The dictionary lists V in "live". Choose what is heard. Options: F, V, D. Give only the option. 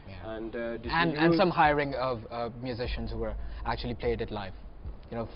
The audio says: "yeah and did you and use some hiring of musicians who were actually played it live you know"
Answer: F